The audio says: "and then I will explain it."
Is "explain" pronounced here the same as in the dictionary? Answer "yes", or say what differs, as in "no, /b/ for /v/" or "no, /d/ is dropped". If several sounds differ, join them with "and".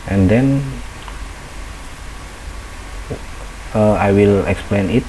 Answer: yes